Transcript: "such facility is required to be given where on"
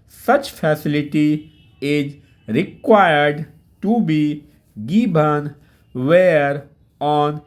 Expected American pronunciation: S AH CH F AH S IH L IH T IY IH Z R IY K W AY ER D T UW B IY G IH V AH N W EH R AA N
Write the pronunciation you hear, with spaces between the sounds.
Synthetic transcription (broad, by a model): S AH CH F AH S IH L IH T IY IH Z R IY K W AY ER D T UW B IY G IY B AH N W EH R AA N